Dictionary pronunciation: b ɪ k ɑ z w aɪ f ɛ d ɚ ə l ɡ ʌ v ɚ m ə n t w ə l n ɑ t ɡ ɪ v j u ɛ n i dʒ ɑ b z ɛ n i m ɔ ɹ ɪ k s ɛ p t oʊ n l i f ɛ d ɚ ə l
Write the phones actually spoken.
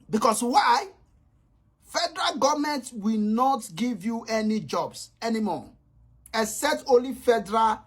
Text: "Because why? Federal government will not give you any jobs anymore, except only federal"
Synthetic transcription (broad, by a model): b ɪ k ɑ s w aɪ f ɛ d ɚ ə l ɡ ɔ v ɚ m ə n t w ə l n ɑ t ɡ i v j u ɛ n i dʒ ɑ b s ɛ n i m ɔ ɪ s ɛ t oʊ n l i f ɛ d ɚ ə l